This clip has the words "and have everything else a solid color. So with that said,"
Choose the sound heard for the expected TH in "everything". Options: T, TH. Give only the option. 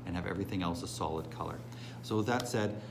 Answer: TH